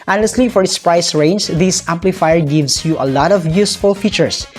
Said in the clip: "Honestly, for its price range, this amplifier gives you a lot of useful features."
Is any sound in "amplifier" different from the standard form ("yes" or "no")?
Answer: no